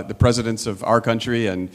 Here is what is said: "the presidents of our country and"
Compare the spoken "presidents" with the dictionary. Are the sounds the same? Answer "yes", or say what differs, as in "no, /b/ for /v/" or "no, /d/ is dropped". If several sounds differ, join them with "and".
yes